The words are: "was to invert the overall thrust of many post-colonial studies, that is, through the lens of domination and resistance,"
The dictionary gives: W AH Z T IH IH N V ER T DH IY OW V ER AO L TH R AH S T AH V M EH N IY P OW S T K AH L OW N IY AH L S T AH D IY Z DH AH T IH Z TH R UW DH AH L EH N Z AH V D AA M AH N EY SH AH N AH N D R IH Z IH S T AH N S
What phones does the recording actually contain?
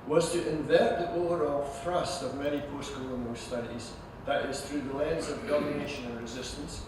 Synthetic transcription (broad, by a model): W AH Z T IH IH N V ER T DH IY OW ER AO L TH R AH S T AH V M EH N IY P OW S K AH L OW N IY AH S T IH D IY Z DH AH T IH Z TH R UW DH AH L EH N Z AH V D AA M AH N EY SH AH N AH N R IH Z IH S T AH N S